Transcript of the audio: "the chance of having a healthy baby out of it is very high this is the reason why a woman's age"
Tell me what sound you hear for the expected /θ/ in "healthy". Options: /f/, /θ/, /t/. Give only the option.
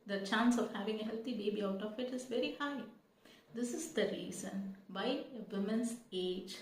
/t/